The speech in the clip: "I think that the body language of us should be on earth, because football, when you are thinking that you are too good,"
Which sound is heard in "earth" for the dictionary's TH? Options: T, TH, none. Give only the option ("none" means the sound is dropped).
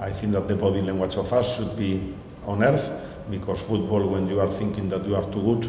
TH